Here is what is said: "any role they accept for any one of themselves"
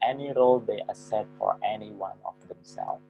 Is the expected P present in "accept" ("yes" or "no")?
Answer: no